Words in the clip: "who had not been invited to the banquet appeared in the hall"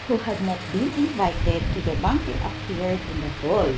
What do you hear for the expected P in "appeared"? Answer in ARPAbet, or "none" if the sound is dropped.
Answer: none